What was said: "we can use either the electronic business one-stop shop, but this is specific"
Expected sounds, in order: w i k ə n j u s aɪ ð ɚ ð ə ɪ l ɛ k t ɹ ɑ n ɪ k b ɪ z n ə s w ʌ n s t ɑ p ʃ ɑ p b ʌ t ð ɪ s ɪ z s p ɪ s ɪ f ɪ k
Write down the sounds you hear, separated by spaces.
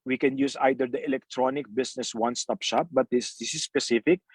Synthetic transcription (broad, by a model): w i k ə n j u s aɪ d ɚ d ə ɪ l ɛ k t ɹ ɑ n ɪ k b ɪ s n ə s w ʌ n s t ɑ p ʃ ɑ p b ʌ t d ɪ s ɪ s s p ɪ s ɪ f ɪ k